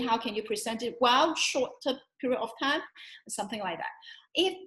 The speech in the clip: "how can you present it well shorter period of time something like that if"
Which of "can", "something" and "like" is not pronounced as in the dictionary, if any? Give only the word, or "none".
none